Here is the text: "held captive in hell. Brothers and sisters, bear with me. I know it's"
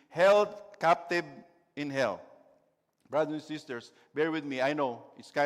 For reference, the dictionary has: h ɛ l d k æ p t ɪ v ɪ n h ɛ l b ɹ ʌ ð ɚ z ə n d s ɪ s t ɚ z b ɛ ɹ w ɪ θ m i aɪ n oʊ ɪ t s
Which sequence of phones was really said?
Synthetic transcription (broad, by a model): h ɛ l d k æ p t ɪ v ɪ n h ɛ l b ɹ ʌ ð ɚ ə n s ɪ s t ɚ s b ɛ ɹ w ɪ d m i aɪ n oʊ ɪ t s